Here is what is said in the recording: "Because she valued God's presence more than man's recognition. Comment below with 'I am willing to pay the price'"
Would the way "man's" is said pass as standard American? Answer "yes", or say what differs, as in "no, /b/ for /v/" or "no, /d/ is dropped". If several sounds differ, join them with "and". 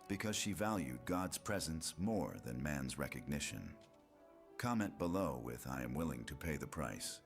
yes